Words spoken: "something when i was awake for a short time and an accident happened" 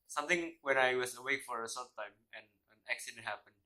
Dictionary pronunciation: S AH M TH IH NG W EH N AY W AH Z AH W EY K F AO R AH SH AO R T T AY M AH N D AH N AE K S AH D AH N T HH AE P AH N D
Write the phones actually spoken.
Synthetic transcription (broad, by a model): S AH M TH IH NG W EH N AY W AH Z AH W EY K F AO R AH S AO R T T AY M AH N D AH N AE K S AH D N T HH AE P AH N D